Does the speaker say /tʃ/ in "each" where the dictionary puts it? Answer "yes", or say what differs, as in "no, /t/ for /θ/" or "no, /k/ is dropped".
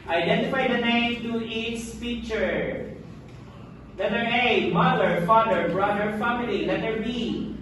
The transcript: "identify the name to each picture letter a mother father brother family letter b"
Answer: no, /s/ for /tʃ/